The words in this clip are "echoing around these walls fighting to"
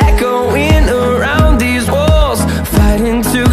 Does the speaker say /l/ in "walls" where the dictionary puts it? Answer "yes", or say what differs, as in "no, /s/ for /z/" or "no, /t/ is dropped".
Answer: yes